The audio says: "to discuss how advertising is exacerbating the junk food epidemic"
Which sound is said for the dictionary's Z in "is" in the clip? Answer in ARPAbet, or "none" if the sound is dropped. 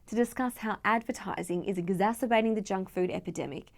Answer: Z